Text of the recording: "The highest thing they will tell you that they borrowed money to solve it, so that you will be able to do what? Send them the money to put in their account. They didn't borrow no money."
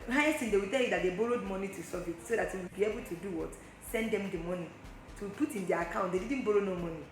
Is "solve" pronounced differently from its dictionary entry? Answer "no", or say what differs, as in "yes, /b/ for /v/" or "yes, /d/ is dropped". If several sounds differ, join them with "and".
yes, /l/ is dropped